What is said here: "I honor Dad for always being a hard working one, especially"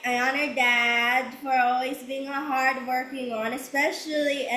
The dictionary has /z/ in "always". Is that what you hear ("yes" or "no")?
yes